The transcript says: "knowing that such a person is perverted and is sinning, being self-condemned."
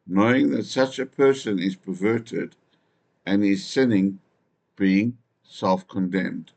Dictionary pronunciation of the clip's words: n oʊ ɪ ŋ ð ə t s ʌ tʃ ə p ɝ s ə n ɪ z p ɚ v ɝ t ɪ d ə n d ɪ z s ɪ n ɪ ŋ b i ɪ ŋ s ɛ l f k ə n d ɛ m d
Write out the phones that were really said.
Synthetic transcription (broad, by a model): n oʊ ɪ ŋ ð ə t s ʌ tʃ ə p ɝ s ə n ɪ z p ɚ v ɝ t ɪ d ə n ɪ z s ɪ n ɪ ŋ b i ɪ ŋ s ɛ l f k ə n d ɛ m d